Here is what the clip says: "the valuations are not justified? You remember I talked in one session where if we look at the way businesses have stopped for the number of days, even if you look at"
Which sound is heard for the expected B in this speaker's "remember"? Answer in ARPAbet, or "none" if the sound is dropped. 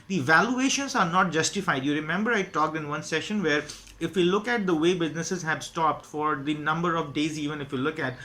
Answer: B